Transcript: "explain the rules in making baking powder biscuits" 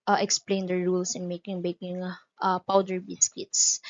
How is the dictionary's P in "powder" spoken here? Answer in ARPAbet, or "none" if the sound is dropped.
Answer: P